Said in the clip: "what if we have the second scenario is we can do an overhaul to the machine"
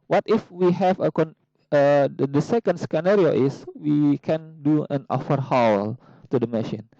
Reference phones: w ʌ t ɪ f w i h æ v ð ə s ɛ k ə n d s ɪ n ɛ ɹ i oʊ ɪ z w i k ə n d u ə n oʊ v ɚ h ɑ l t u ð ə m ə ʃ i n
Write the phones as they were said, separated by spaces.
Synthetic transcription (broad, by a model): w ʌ t ɪ f w i h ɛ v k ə s ɛ k ə n d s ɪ n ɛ ɹ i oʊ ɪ s w i k ə n d u ə n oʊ f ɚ h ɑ l t u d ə m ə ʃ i n